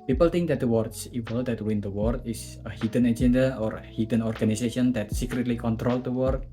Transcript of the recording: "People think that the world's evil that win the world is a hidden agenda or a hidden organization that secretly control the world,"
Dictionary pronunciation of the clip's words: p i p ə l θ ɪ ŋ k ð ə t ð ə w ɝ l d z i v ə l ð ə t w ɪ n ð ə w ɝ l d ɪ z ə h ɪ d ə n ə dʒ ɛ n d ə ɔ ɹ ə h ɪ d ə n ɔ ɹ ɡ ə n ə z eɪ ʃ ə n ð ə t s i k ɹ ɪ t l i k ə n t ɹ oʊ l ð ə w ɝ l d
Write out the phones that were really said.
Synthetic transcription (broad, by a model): p i p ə l t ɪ ŋ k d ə t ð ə w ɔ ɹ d s i v ə l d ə t w ɪ n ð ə w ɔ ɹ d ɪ s ə h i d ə n ə dʒ ɛ n d ə ɔ ɹ ə h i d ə n ɔ ɹ ɡ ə n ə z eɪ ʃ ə n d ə t s i k ɹ ɪ t l i k ə n t ɹ oʊ l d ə w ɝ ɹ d